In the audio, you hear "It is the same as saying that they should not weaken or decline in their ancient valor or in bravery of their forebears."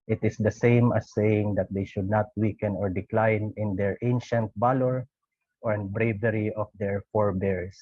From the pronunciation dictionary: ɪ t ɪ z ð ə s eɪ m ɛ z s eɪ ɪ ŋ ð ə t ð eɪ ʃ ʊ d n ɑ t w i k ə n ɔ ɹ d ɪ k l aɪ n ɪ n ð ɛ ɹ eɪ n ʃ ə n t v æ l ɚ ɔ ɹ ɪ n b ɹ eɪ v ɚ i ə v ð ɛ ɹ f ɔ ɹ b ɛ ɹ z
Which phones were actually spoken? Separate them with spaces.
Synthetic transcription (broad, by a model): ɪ t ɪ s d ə s eɪ m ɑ s eɪ ɪ ŋ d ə t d eɪ ʃ ʊ d n ɑ t w i k ə n ɔ ɹ d ɪ k l aɪ n ɪ n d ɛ ɹ eɪ n ʃ ə n t b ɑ l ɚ ɔ ɹ ɪ n b ɹ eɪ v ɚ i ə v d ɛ ɹ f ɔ ɹ b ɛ ɹ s